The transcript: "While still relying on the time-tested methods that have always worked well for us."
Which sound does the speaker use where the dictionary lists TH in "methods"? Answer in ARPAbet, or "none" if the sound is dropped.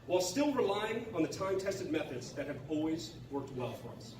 TH